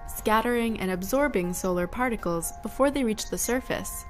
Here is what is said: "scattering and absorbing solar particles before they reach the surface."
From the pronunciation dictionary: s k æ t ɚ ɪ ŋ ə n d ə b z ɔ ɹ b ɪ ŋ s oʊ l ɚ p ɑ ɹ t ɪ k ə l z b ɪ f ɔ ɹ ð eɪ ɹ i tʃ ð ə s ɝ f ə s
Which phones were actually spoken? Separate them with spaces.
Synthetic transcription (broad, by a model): s k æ t ɚ ɪ ŋ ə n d ə b z ɔ ɹ b ɪ ŋ s oʊ l ɚ p ɑ ɹ t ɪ k l z b ɪ f ɔ ɹ ð eɪ ɹ i tʃ ð ə s ɝ f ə s